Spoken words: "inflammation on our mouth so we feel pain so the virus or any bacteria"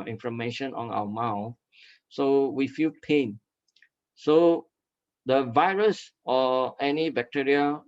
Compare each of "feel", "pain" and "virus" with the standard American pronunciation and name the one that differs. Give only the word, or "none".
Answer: none